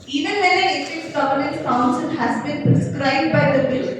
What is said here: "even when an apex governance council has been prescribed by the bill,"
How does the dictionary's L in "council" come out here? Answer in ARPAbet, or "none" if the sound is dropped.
N